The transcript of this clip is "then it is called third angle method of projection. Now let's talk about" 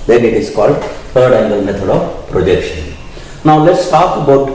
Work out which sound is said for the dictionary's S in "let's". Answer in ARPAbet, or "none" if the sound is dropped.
S